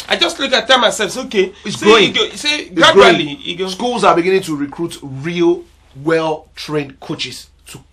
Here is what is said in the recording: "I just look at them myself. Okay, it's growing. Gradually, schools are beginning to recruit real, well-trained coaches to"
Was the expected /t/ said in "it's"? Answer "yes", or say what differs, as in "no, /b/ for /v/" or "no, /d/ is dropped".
no, /s/ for /t/